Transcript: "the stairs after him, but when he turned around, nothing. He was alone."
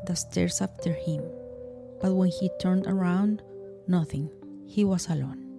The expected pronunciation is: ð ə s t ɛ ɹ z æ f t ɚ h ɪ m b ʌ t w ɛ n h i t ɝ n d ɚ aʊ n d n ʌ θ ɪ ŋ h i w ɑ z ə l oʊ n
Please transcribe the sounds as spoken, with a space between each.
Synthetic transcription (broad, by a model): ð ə s t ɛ ɹ s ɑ f t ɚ h ɪ m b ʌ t w ɛ n h i t ɝ n d ɚ aʊ n d n ʌ θ ɪ ŋ h i w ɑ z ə l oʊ n